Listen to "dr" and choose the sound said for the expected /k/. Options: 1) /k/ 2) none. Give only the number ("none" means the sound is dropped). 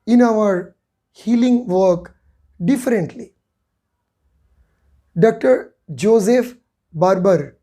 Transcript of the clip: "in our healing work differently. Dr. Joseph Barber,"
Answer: 1